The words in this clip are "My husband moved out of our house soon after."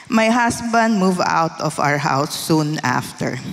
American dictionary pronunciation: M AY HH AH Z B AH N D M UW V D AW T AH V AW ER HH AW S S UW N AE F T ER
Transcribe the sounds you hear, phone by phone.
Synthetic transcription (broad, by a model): M AY HH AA S B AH N D M UW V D AW T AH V AW ER HH AW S S UW N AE F T ER